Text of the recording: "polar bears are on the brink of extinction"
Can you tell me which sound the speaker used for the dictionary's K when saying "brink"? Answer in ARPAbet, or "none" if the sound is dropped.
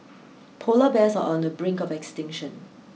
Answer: K